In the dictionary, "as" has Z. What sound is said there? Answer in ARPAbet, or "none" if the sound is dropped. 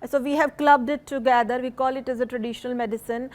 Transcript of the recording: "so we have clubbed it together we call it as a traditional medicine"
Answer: Z